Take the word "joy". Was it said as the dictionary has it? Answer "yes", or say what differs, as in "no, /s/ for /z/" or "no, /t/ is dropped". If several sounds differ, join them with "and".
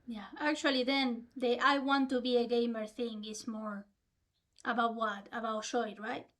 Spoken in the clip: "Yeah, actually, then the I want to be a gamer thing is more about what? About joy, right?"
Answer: no, /ʃ/ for /dʒ/